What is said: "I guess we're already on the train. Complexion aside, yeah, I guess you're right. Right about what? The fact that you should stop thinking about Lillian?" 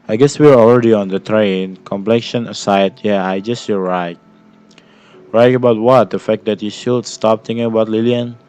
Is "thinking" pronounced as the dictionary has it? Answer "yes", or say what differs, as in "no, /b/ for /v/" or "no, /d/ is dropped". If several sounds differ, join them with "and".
no, /t/ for /θ/